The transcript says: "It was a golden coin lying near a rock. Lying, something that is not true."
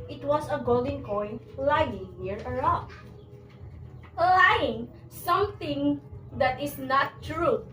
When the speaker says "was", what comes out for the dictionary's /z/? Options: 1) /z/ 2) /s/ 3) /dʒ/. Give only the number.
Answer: 2